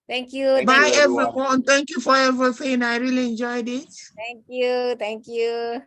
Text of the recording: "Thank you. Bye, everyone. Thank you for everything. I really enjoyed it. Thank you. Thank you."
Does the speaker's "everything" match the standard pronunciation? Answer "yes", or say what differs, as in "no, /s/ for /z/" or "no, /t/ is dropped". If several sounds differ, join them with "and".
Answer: no, /f/ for /θ/